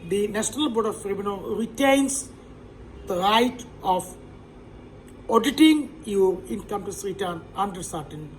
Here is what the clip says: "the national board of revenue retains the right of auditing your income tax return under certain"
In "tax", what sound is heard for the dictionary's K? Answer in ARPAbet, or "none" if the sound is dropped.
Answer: none